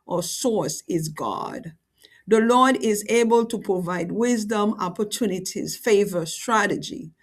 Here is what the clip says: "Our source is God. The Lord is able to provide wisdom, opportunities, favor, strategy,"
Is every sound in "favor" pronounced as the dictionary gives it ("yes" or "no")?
yes